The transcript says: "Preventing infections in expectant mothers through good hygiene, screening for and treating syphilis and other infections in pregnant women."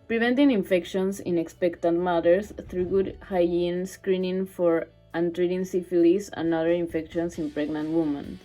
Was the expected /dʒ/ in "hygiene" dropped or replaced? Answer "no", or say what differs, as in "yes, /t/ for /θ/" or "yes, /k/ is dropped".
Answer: yes, /dʒ/ is dropped